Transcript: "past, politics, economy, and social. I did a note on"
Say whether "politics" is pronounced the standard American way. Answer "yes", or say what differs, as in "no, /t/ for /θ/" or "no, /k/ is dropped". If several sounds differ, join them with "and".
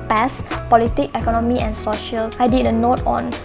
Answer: no, /s/ is dropped